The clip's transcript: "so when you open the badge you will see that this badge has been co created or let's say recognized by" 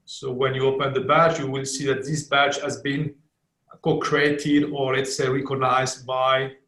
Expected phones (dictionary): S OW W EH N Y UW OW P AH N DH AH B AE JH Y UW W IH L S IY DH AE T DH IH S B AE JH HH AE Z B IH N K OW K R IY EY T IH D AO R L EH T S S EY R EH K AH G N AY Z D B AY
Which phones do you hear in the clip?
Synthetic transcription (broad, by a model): S OW W EH N Y UW OW P AH N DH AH B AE CH Y UW W IH L S IY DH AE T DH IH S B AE CH HH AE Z B IH N K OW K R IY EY T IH D AO R L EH T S S EY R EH K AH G N AY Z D B AY